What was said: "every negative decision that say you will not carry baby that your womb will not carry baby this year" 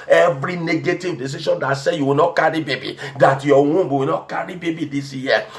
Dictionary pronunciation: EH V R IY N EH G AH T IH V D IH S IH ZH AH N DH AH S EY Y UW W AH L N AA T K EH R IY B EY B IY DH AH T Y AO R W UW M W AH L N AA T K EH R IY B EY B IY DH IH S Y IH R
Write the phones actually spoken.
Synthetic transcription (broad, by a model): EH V R IY N EH G AH T IH V D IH S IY SH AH N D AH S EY Y UW W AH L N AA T K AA R IY B EY B IY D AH T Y AO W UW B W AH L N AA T K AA R IY B EY B IY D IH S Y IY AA